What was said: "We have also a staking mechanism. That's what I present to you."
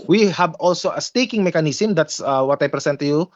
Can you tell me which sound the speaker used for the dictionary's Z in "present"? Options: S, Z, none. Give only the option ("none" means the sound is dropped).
S